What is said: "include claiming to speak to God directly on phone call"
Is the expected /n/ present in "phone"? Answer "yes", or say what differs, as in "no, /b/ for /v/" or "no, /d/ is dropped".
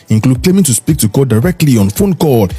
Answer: yes